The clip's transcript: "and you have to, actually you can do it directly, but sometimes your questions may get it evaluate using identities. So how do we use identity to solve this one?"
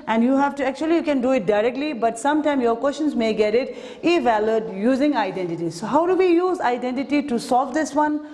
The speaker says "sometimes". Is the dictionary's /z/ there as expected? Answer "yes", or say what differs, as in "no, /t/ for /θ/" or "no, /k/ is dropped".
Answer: no, /z/ is dropped